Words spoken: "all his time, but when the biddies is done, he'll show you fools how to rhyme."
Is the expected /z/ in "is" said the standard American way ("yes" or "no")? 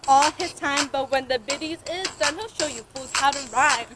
yes